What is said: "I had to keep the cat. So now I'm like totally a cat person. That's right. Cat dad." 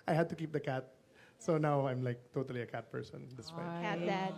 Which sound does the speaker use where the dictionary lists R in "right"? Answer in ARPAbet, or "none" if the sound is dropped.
W